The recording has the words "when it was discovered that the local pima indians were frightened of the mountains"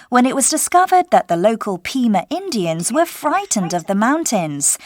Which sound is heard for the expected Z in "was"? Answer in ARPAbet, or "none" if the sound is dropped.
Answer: Z